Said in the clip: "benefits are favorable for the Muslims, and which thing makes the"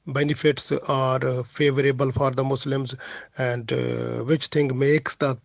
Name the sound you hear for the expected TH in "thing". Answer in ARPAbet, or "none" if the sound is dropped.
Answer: T